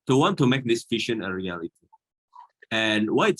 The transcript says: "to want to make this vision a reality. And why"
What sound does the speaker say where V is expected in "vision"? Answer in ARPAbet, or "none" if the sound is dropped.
F